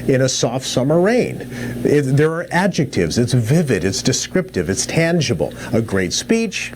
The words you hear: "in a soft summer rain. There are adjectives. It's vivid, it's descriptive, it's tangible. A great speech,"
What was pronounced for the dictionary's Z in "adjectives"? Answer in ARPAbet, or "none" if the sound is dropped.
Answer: Z